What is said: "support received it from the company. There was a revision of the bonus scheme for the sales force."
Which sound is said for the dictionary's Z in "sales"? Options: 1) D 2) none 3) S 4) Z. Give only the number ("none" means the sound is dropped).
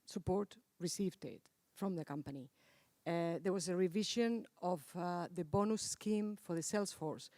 3